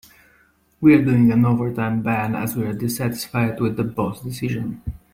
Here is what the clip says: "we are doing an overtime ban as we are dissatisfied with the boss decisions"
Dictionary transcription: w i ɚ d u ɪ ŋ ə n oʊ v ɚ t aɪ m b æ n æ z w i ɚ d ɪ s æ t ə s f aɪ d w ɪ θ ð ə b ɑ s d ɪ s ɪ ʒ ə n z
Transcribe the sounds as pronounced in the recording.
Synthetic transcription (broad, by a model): w i ɚ d u ɪ ŋ ə n oʊ v ɚ t aɪ m b æ n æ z w i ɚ d ɪ s æ t ə s f aɪ d w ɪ ð ə b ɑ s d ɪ s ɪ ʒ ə n